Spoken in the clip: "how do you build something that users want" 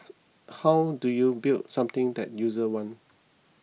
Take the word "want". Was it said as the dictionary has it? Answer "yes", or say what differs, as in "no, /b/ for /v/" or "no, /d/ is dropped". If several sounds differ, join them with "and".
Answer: no, /t/ is dropped